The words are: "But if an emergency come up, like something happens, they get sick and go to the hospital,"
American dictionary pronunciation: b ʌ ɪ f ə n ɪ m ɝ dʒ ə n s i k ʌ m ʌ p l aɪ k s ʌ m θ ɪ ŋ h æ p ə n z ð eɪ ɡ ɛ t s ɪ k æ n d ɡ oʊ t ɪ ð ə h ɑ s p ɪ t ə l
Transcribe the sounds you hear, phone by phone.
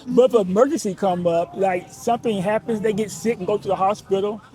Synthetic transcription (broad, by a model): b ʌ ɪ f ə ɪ m ɝ dʒ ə n s i k ʌ m ʌ p l aɪ k s ʌ m θ ɪ ŋ h æ p ə n z ð eɪ ɡ ɛ t s ɪ k n ɡ oʊ t ɪ ð ə h ɑ s p ɪ t l